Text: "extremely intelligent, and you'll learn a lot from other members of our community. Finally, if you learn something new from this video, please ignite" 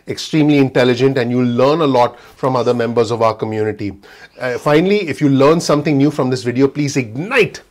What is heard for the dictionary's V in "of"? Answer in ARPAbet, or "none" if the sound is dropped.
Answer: V